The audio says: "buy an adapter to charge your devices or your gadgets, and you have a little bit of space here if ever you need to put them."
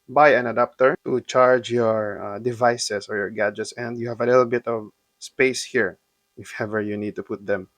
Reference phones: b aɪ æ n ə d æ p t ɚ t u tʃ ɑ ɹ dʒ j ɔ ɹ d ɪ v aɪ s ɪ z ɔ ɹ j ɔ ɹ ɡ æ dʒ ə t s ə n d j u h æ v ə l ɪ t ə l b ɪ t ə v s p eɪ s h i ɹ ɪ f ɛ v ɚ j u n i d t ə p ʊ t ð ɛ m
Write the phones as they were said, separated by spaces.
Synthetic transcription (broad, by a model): b aɪ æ n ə d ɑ p t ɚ t u tʃ ɑ ɹ dʒ j ɔ ɹ d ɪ v aɪ s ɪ s ɔ ɹ j ɔ ɹ ɡ æ dʒ ə t s ə n d j u h æ v ə l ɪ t l b ɪ t ə v s p eɪ s h i ɹ ɪ f ɛ v ɚ j u n i d t ə p ʊ t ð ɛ m